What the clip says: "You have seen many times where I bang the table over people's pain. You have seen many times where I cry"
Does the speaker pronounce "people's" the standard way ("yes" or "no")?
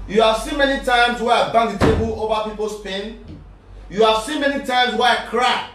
no